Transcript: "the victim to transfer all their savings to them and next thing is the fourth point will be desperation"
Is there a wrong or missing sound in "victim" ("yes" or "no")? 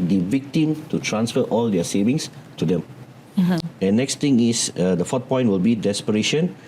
no